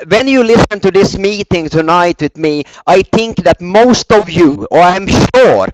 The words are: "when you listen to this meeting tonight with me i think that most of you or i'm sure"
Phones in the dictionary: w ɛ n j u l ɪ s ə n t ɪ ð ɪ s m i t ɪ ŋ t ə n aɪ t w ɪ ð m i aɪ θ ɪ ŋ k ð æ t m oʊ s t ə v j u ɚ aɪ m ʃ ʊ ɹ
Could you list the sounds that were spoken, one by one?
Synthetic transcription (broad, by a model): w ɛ n j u l ɪ s ə n t ɪ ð ɪ s m i t ɪ ŋ t ə n aɪ t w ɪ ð m i aɪ θ ɪ ŋ k ð æ t m oʊ s t ə v j u ɚ aɪ m ʃ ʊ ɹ